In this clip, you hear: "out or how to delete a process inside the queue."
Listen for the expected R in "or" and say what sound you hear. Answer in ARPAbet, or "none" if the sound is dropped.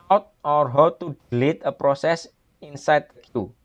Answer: R